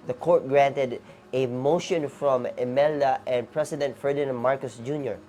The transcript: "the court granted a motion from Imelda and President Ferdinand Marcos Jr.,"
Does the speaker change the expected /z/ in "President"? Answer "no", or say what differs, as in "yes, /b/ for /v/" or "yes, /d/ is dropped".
yes, /s/ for /z/